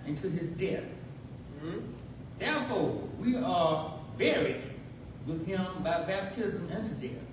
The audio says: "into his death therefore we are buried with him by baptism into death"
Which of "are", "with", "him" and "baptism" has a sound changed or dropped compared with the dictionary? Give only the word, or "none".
none